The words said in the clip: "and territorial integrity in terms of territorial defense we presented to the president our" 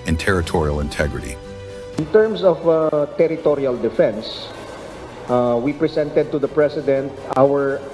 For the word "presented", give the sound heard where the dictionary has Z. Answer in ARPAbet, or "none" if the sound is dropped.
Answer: S